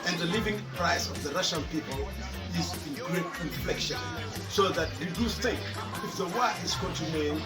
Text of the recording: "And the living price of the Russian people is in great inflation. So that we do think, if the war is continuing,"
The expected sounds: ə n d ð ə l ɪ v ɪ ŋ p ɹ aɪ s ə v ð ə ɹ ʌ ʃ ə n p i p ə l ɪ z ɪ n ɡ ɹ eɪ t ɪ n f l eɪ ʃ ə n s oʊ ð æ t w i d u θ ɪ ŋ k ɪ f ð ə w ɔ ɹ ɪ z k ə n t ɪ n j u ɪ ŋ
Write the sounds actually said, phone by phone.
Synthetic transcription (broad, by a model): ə n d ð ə l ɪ v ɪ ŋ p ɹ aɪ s ə v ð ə ɹ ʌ ʃ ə n p i p ə l ɪ z ɪ n ɡ ɹ eɪ t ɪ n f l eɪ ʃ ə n s oʊ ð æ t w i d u t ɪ k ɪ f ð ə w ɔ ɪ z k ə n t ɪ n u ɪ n